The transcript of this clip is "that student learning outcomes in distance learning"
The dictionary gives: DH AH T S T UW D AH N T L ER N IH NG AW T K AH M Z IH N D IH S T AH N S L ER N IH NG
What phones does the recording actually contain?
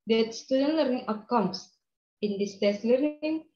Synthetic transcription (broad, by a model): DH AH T S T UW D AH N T L ER N IH NG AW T K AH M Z IH N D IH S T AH S L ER N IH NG